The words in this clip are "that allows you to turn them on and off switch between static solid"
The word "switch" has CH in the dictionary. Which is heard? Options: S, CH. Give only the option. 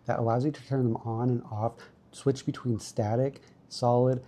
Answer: CH